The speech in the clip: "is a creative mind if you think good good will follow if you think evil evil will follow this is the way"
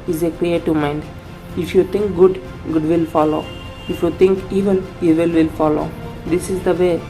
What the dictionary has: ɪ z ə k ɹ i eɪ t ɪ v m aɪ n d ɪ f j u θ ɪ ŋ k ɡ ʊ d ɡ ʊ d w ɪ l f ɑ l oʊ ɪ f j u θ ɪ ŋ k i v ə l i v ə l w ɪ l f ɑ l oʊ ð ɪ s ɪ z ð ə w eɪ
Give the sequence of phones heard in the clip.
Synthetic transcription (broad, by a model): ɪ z ə k ɹ i eɪ t ɪ v m aɪ n d ɪ f j u t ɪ ŋ k ɡ ʊ d ɡ ʊ d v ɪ l f ɑ l oʊ ɪ f j u t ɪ ŋ k i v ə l i v ə l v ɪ l f ɑ l oʊ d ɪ s ɪ z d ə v eɪ